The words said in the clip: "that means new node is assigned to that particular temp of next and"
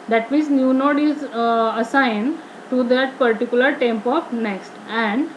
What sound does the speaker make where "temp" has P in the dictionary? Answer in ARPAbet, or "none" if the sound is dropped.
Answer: P